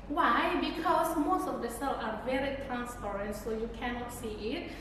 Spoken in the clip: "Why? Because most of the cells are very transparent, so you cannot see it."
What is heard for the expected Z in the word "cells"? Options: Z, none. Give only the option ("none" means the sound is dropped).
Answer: none